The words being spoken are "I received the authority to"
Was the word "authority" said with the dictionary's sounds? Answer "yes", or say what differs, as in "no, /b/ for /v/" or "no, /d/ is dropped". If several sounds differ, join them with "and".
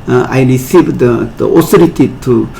no, /s/ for /θ/